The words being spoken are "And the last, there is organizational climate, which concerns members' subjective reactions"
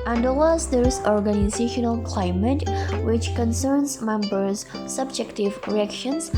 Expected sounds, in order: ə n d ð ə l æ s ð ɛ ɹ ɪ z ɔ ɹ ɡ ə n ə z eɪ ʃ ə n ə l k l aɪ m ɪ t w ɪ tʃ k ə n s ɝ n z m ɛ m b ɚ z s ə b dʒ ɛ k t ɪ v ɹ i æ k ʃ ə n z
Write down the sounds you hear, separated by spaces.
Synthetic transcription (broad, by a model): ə n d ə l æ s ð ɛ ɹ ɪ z ɔ ɹ ɡ ə n ə z eɪ ʃ ə n ə l k l aɪ m ɪ t w ɪ tʃ k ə n s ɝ n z m ɛ m b ɚ z s ə b dʒ ɛ k t ɪ v ɹ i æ k ʃ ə n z